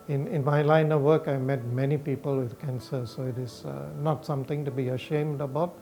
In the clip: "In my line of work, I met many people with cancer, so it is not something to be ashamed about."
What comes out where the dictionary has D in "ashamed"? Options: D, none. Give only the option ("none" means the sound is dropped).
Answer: D